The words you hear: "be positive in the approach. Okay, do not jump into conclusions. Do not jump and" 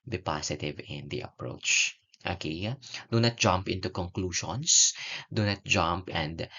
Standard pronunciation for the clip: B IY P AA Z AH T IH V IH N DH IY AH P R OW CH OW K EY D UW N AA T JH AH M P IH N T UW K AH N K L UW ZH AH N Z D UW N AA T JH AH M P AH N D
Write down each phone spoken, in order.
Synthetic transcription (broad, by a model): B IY P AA S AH T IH V IH N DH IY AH P R OW CH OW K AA D UW N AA T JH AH M P IH N T UW K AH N K L UW SH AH N S D UW N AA T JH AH M P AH N D